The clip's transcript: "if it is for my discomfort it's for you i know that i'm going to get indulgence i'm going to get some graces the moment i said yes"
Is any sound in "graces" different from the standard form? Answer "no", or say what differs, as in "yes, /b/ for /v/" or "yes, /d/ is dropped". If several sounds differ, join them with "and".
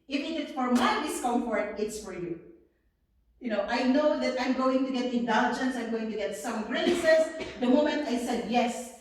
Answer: yes, /s/ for /z/